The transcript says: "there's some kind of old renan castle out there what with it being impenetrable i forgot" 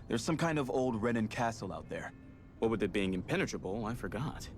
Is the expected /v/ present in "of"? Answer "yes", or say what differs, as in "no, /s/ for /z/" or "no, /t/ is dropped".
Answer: yes